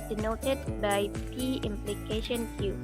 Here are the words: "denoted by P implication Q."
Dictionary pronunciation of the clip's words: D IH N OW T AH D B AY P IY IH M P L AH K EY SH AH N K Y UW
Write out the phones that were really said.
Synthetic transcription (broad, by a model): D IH N OW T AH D B AY P IY IH M P L AH K EY SH AH N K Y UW